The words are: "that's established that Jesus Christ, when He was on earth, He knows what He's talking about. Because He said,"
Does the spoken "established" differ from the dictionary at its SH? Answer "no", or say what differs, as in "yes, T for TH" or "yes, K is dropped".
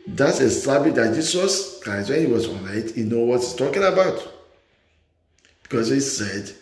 yes, SH is dropped